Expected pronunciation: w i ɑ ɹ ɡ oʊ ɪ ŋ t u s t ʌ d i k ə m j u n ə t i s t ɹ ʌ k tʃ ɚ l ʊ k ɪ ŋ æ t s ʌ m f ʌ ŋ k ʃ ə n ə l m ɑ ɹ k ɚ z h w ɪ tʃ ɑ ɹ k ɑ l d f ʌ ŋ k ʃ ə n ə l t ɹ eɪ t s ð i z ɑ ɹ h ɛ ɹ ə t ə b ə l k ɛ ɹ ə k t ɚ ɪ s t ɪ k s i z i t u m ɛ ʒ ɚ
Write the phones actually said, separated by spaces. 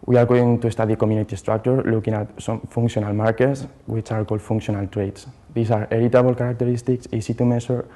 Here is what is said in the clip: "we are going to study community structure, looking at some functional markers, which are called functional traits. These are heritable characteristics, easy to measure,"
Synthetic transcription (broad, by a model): w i ɑ ɹ ɡ oʊ ɪ ŋ t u s t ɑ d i k ə m j u n ə t i s t ɹ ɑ k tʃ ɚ l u k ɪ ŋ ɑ t s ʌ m f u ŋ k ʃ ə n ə l m ɑ ɹ k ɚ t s w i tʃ ɑ ɹ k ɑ l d f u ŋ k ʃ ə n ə l t ɹ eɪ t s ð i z ɑ ɹ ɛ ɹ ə t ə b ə l k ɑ ɹ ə k t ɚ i s t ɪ k s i s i t u m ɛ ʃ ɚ